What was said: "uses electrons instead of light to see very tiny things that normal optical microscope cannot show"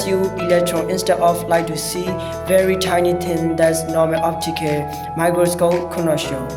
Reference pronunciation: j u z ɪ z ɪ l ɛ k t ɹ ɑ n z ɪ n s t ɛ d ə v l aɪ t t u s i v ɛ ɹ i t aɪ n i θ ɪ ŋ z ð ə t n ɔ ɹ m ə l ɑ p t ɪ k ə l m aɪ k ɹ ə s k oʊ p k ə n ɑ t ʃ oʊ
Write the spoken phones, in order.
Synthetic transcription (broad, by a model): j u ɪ l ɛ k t ɹ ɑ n ɪ n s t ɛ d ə f l aɪ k t u s i v ɛ ɹ i t aɪ n i t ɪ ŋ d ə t n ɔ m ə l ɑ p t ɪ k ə m aɪ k ɹ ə s k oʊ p k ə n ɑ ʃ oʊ